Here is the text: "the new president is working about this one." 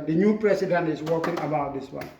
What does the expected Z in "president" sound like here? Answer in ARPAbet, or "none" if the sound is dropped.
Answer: S